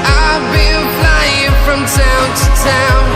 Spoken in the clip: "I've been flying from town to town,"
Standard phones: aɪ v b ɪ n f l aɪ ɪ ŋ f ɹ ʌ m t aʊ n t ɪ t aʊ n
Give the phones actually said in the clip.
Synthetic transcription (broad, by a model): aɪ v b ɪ l f l aɪ ɪ ŋ f ɹ ʌ m t aʊ n t ɪ t aʊ n